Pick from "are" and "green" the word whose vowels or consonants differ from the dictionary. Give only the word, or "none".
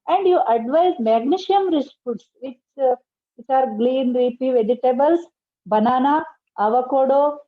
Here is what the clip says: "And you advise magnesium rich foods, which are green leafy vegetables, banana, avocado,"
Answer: green